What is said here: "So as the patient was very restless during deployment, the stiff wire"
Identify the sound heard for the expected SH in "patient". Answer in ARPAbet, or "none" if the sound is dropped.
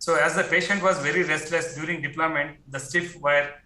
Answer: SH